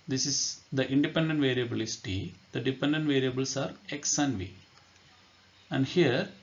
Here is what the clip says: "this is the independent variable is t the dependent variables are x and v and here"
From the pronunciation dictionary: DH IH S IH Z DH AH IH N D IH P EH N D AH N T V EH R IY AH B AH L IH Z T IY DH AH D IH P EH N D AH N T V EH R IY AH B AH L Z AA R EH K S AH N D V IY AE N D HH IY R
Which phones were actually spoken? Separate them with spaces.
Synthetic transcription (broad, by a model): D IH S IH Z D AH IH N D IH P EH N D AH N T V EH R IY AH B AH L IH S T IY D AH D IH P EH N D AH N T V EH R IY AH B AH L S AA R EH K S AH N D V IY AE N D HH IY R